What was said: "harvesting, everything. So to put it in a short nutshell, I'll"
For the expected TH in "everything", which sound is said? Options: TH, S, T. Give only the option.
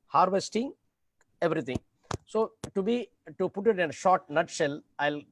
T